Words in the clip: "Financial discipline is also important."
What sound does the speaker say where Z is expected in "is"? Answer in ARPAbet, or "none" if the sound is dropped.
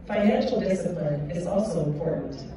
Z